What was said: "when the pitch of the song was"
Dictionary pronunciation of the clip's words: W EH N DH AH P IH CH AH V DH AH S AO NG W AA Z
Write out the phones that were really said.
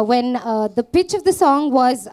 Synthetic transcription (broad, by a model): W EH N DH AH P IH CH AH V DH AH S AO NG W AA Z